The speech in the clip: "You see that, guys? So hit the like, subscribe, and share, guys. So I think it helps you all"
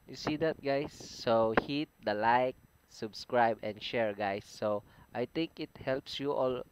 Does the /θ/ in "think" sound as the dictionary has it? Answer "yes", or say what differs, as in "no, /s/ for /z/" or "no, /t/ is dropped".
no, /t/ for /θ/